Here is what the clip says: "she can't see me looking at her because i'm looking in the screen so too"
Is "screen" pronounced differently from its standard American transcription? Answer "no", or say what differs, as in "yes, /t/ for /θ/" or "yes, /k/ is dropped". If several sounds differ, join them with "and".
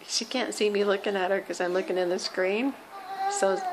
no